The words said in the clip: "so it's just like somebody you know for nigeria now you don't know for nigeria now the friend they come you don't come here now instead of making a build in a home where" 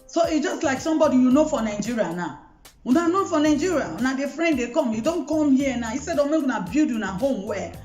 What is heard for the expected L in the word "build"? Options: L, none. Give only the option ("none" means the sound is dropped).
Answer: none